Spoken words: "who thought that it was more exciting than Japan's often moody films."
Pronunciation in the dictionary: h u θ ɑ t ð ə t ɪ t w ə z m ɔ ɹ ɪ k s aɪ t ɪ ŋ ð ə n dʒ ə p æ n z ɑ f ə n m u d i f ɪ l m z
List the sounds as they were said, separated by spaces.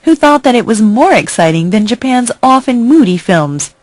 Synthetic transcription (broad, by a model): h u θ ɑ t ð ə t ɪ t w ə z m ɔ ɹ ɪ k s aɪ t ɪ ŋ ð ə n dʒ ə p æ n z ɑ f ə n m u d i f ɪ l m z